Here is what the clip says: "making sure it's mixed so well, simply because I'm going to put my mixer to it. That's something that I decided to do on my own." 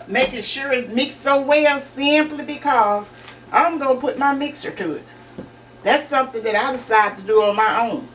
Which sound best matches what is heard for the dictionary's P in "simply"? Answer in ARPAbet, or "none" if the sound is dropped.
P